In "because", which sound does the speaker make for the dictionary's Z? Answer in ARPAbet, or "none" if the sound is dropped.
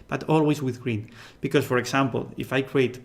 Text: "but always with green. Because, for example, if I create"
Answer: S